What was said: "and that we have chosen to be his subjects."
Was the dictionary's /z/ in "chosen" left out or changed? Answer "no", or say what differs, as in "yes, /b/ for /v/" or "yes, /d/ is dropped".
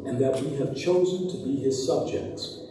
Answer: no